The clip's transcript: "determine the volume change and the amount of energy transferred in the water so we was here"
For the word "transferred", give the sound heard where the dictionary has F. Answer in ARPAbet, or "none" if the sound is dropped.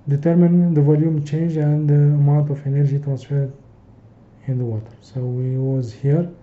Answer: F